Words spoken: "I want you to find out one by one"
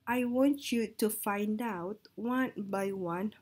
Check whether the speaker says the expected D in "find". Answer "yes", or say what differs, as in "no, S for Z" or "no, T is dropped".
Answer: yes